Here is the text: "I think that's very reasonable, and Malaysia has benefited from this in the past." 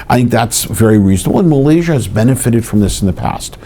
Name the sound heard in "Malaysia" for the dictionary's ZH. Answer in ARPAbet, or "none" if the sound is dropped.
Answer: ZH